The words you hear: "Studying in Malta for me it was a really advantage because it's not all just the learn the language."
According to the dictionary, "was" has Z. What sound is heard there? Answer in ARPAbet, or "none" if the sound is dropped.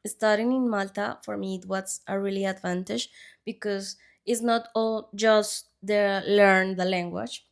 S